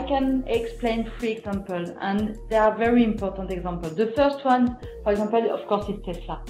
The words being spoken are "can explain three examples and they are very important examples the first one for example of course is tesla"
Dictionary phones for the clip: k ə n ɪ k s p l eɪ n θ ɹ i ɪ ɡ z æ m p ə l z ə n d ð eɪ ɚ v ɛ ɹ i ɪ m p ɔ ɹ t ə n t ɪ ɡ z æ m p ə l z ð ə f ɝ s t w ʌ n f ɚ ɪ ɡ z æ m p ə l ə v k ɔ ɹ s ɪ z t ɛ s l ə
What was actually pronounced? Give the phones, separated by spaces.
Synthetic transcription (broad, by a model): k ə n ɪ k s p l eɪ n f ɹ i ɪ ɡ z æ m p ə l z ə n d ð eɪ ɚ v ɛ ɹ i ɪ m p ɔ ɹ t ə n t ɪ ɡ z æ m p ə l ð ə f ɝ s t w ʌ n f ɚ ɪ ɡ z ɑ m p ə l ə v k ɔ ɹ s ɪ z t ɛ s l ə